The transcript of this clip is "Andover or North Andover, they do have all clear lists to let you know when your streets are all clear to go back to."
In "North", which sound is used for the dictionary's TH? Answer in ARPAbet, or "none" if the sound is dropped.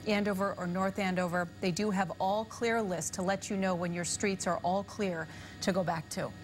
TH